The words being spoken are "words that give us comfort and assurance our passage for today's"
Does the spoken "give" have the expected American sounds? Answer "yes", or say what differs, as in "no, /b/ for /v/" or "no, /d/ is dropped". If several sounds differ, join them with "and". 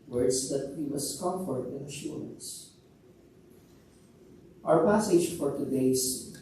no, /w/ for /v/